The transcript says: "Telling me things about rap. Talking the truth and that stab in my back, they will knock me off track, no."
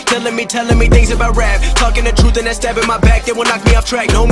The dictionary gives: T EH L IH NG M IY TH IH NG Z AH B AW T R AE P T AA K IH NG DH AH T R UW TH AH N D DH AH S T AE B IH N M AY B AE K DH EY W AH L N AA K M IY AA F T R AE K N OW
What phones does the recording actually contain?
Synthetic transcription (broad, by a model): T EH L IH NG M IY TH IH NG Z AH B AW T R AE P T AA K IH NG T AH T R UW TH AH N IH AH S T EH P IH N M AY B AE K DH EY W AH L N AA K M IY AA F T R AE K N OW